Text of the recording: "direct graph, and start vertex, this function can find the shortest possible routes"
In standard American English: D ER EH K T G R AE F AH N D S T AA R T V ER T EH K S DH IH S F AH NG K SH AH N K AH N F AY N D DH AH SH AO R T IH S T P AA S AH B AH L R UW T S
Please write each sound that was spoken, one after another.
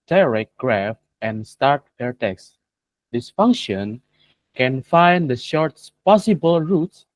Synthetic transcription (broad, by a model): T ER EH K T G R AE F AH N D S T AA R T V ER T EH K S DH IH S F AH NG K SH AH N K AH N F AY N D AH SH AO R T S P AA S AH B AH L R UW T S